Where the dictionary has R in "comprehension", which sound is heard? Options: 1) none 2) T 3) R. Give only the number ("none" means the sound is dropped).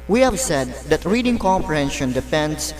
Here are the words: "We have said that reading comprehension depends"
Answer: 1